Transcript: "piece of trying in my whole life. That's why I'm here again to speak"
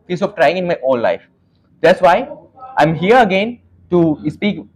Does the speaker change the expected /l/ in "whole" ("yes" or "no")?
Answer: yes